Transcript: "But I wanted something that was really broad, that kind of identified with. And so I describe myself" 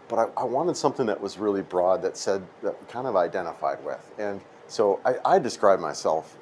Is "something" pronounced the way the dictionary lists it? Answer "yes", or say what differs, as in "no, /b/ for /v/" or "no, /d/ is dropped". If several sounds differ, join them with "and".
yes